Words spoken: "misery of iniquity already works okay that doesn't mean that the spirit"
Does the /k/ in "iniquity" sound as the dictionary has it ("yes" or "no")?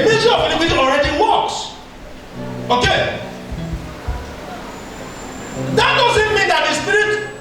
no